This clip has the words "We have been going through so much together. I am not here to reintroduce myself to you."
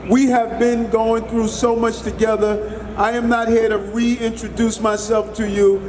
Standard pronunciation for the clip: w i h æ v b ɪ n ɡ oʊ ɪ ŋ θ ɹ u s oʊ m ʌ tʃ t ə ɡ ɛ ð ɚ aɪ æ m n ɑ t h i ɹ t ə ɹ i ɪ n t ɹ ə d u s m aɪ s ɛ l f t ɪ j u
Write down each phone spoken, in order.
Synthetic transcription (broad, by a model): w i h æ v b ɪ n ɡ oʊ ɪ ŋ θ ɹ u s oʊ m ʌ tʃ t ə ɡ ɛ ð ɚ aɪ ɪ m n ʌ t h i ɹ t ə ɹ i ɪ n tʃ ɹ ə d u s m aɪ s ɛ l f t ɪ j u